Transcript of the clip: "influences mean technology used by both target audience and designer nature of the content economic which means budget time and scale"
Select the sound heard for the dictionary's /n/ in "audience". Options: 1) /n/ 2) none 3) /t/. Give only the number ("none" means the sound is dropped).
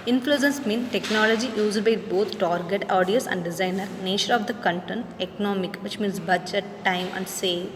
2